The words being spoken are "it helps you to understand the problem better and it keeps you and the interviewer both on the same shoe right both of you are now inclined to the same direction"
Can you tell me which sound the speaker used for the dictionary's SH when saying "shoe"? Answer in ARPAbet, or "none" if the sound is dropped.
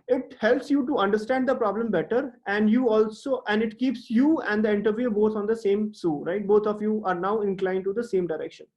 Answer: S